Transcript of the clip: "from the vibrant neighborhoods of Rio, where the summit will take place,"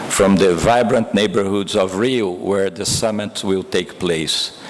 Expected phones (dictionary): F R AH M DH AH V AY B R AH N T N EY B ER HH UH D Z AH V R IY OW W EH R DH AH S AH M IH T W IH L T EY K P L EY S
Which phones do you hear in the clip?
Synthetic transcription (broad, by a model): F R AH M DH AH V AY B R AH N T N EY B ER HH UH D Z AH V R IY W EH R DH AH S AH M IH T W IH L T EY K P L EY S